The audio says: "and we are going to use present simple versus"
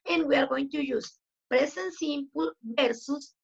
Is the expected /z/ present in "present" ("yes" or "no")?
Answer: no